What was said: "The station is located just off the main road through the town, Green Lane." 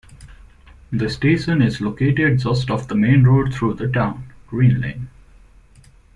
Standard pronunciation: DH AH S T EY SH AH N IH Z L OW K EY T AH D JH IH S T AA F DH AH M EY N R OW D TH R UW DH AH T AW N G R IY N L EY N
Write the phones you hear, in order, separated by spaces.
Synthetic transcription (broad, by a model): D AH S T EY SH AH N IH Z L OW K EY T AH D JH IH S T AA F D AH M EY N R OW D T R UW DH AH T AW N G R IY N L EY N